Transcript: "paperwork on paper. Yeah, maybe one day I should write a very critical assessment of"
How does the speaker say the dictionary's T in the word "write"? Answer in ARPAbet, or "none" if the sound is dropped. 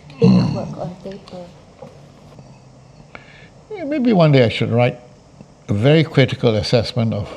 T